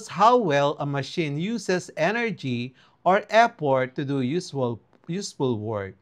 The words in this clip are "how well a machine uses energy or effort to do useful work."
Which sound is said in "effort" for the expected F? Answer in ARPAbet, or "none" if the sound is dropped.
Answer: P